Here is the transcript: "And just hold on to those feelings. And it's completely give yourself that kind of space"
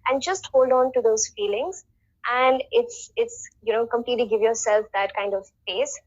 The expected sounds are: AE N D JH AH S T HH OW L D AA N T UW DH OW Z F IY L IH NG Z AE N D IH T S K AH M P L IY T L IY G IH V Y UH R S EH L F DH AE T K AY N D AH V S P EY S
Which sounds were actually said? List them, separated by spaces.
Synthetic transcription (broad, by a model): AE N D JH AH S T HH OW L D AA N T UW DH OW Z F IY L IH NG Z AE N D IH T S K AH M P L IY T L IY G IH V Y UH R S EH L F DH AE T K AY N D AH V S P EY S